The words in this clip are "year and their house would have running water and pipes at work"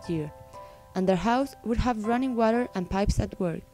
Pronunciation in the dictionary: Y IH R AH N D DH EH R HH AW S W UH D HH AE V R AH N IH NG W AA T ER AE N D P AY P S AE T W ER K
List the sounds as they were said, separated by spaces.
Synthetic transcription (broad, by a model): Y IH R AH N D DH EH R HH AW S W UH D HH AE V R AH N IH NG W AA T ER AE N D P AY P S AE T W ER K